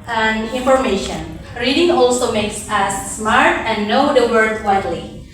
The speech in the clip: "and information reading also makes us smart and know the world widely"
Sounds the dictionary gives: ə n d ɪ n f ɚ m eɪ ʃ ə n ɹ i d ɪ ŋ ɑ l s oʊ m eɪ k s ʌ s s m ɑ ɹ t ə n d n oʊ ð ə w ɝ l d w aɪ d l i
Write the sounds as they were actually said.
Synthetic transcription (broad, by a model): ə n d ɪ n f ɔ m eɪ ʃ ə n ɹ i d ɪ ŋ ɑ l s oʊ m eɪ k s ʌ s s m ɑ ɹ t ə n n oʊ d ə w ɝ d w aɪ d l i